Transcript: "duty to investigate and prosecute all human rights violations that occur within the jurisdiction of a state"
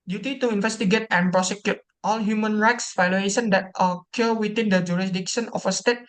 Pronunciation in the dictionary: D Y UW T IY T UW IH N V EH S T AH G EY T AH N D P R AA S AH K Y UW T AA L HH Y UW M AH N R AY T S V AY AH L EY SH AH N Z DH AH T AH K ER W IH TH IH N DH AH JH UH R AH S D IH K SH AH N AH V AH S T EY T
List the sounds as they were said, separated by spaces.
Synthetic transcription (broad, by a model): D Y UW T IY T UW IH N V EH S T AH G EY T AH N P R AA S AH K Y UW T AA L HH Y UW M AH N R AY T S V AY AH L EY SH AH N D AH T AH K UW W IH T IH N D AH JH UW R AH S D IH K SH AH N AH F AH S T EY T